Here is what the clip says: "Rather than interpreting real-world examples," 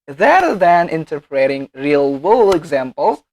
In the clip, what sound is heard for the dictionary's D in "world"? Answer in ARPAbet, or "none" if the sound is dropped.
none